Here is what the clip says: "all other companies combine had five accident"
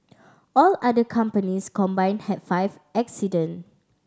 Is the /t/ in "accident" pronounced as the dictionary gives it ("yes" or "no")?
no